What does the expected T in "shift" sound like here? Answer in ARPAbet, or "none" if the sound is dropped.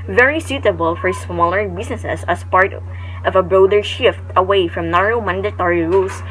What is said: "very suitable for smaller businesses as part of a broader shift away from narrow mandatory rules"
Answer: T